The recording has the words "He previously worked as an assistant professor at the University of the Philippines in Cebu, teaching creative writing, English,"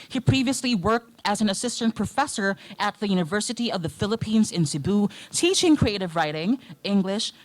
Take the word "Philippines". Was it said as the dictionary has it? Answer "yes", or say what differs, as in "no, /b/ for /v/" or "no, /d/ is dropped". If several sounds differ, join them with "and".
yes